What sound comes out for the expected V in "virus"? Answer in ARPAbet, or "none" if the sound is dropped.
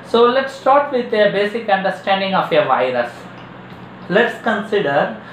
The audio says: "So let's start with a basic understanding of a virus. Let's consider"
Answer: V